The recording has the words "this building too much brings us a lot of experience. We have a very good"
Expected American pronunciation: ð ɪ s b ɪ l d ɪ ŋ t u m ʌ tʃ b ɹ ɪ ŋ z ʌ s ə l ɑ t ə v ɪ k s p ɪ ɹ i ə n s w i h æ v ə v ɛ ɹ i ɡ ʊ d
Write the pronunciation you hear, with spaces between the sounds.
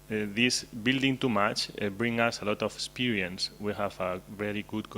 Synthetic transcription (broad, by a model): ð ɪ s b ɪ l d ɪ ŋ t u m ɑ tʃ b ɹ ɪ ŋ ʌ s ə l ɑ t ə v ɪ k s p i ɹ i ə n s w i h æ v ə v ɛ ɹ i ɡ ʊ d